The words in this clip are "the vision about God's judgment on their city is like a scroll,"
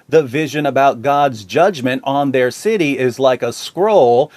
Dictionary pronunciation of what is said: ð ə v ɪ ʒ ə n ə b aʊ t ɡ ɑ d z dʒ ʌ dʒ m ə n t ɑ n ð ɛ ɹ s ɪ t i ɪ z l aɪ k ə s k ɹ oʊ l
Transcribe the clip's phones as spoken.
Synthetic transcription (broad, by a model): ð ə v ɪ ʒ ə n ə b aʊ t ɡ ɑ d z dʒ ʌ dʒ m ə n t n ð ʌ ɹ s ɪ t i ɪ z l aɪ k ə s k ɹ oʊ l